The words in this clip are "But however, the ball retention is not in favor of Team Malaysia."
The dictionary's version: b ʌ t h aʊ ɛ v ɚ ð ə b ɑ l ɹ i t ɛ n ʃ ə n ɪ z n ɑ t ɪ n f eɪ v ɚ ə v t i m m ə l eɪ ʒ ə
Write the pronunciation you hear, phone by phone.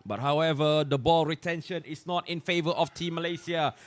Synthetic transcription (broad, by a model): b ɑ t h aʊ ɛ v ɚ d ə b ɑ l ɹ i t ɛ n ʃ ə n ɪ s n ɑ t ɪ n f eɪ v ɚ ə f t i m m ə l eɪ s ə